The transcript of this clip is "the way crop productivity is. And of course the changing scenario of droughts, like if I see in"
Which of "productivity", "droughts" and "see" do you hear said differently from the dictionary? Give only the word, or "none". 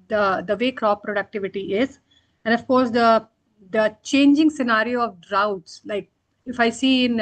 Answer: none